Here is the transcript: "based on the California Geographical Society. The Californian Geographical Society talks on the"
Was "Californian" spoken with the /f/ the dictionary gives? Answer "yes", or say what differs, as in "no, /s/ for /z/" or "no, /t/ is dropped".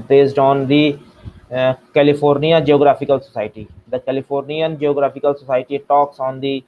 no, /p/ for /f/